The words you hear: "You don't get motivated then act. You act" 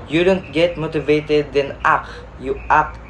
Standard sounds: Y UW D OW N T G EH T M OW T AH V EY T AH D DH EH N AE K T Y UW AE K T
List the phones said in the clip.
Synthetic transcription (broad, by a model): Y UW D OW N T G EH T M OW T AH V EY T AH D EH N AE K Y UW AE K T